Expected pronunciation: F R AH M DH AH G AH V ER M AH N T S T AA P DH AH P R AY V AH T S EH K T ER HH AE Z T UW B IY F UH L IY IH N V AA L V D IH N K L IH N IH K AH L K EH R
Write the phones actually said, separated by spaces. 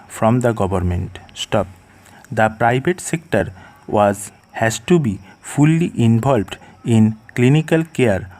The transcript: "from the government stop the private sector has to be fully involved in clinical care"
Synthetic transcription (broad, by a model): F R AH M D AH G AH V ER M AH N T S T AA P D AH P R AY B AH T S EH K T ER HH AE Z T UW B IY F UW L IY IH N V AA L B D IH N K L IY N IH K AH L K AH R